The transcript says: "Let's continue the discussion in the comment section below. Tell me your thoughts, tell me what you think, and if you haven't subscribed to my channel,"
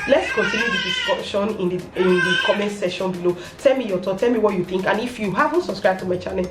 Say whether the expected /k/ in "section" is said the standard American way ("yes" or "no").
no